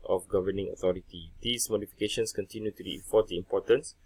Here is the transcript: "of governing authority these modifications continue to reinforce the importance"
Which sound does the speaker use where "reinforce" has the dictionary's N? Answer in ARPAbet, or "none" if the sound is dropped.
none